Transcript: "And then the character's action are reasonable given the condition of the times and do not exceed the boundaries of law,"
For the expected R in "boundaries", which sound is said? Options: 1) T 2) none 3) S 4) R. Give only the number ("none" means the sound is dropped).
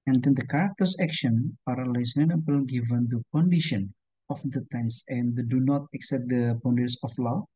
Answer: 2